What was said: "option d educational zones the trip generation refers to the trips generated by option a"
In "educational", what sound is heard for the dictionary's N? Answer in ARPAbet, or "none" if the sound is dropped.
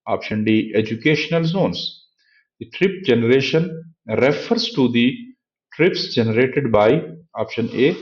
N